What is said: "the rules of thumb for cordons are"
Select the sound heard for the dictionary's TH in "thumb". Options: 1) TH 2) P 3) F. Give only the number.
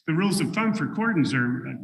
3